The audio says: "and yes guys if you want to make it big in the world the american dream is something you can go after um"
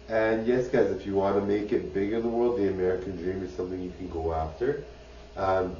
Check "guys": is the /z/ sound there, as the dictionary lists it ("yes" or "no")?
yes